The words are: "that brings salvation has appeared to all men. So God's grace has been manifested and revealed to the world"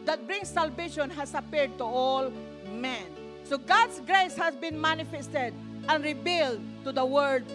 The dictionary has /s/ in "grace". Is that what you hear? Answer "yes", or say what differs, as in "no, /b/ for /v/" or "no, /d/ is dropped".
yes